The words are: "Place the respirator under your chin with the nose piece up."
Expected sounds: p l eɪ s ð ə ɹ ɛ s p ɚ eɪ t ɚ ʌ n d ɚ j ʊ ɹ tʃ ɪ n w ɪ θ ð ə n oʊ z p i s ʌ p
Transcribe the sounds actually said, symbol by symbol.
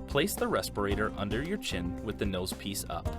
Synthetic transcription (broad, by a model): p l eɪ s ð ə ɹ ɛ s p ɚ eɪ t ɚ ʌ n d ɚ j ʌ ɹ tʃ ɪ n w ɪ ð ə n oʊ z p i s ʌ p